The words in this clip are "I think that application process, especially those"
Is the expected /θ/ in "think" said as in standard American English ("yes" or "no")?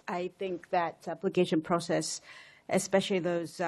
yes